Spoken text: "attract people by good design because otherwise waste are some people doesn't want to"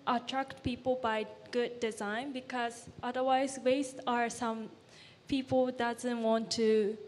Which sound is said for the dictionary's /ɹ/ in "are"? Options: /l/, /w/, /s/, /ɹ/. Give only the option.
/ɹ/